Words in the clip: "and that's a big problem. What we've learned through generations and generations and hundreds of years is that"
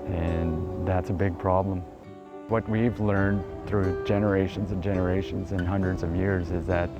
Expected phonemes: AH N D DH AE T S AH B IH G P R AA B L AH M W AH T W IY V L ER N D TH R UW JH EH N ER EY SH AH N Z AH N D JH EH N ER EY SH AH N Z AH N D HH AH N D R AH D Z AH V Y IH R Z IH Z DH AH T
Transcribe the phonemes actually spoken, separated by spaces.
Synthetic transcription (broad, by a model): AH N DH AE T S AH B IH G P R AA B L AH M W AH T W IY V L ER N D TH R UW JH EH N ER EY SH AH N Z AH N JH EH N ER EY SH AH N Z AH N HH AH N D R AH D Z AH V Y IH R Z IH Z DH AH T